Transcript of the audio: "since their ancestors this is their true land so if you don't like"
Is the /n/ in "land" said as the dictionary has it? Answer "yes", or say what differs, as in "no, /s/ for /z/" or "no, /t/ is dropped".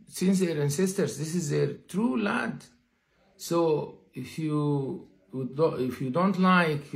no, /n/ is dropped